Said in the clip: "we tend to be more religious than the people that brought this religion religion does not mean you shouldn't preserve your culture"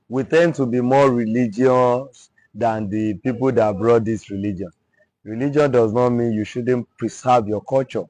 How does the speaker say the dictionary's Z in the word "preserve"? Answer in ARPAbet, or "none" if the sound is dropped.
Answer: S